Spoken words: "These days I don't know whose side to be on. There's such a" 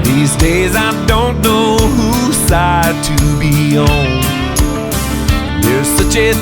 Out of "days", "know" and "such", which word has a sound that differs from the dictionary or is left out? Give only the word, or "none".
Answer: none